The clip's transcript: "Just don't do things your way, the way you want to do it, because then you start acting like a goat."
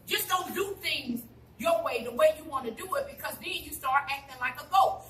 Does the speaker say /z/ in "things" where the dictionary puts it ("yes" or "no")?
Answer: yes